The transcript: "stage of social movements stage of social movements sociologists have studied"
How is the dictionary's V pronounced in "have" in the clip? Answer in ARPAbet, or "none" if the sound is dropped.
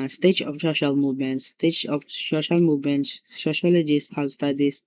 W